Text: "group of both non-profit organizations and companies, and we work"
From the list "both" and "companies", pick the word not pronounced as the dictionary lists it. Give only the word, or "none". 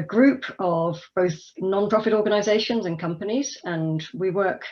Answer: none